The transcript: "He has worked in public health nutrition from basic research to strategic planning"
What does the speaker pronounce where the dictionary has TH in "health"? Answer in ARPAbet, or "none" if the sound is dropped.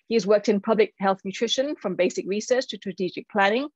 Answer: TH